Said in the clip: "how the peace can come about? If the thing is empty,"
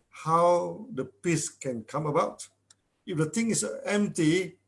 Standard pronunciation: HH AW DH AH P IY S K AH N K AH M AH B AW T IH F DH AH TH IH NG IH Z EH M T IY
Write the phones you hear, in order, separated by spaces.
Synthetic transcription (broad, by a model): HH AW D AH P IY S K AH N K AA M AH B AW T IH F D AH T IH NG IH S EH M T IY